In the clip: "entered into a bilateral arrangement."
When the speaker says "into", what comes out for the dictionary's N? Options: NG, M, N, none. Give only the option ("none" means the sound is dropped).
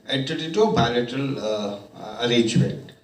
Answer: none